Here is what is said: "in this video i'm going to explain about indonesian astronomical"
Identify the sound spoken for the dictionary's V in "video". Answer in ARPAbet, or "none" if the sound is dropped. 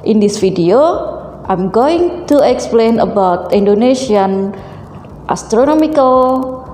F